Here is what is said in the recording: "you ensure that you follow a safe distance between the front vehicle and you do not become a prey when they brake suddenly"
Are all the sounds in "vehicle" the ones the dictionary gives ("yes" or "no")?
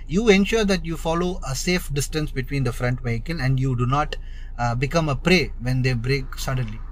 no